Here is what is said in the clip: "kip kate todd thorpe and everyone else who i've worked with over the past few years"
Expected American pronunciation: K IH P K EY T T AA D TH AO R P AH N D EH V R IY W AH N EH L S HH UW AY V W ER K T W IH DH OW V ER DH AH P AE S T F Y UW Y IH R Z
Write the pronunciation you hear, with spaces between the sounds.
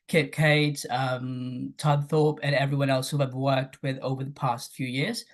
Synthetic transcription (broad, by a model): K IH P K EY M T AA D TH AO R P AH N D EH V R IY W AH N EH L S HH UW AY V W ER K T W IH DH OW V ER DH AH P AE S T F Y UW Y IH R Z